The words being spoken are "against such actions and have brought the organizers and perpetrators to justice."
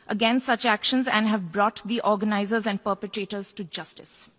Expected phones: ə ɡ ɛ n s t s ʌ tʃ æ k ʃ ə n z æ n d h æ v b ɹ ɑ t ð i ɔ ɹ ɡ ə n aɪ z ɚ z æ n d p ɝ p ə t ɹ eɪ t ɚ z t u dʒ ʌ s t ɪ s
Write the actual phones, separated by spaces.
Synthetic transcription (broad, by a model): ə ɡ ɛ n s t s ʌ tʃ æ k ʃ ə n z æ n d h æ v b ɹ ɑ t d i ɔ ɹ ɡ ə n aɪ z ɚ z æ n d p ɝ p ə t ɹ eɪ t ɚ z t u dʒ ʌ s t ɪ s